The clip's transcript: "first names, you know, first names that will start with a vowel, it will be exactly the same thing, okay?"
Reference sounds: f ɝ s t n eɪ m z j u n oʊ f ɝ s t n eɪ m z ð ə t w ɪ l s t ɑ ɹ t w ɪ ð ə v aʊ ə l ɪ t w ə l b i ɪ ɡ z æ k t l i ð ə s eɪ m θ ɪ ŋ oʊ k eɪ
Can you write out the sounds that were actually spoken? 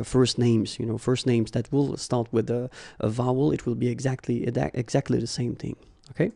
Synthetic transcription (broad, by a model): f ɝ s t n eɪ m z j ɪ n oʊ f ɝ s t n eɪ m z ð ə t w ɪ l s t ɑ ɹ t w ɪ ð ə v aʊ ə l ɪ t w ə l b i ɪ ɡ z æ k t l i ð ə s eɪ m θ ɪ ŋ oʊ k eɪ